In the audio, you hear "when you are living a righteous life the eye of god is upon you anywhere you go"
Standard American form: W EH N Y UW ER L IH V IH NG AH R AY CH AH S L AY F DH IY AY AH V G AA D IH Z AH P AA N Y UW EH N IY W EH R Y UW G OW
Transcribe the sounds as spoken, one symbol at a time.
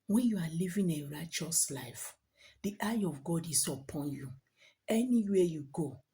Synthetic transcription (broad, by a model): W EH N Y UW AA L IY V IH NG AH R AY CH AH S L AY F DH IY AY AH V G AA D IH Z AH P AA N Y UW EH N IY W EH Y UW G OW